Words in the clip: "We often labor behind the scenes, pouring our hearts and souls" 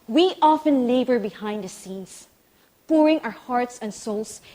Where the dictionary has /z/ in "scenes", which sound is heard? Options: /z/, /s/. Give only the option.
/s/